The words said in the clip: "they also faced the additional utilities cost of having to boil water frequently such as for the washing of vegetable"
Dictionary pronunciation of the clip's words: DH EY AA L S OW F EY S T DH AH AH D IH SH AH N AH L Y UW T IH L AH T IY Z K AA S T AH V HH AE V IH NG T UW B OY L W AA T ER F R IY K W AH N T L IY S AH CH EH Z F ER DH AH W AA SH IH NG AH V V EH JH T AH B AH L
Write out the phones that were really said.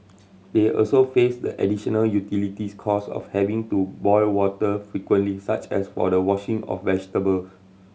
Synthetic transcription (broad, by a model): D EY AA L S OW F EY S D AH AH D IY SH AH N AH L Y UW T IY L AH T IY S K AA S AH F HH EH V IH NG T UW B OY L W AA T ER F R IY K W AH N T L IY S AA CH EH S F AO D AH W AA SH IH NG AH F V EH JH T AH B AH L